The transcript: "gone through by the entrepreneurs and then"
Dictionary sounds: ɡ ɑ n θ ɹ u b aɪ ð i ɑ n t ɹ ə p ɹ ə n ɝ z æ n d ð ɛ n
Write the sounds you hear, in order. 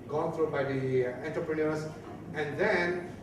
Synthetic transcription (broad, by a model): ɡ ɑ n t ɹ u b aɪ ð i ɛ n t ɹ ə p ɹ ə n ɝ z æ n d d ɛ n